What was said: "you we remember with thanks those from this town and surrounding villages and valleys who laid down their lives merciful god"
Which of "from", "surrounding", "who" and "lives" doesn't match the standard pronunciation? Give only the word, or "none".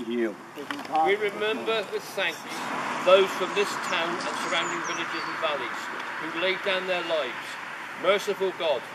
none